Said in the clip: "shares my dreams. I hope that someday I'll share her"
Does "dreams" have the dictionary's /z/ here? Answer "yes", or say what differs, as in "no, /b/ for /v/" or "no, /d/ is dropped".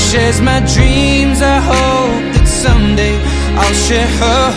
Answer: yes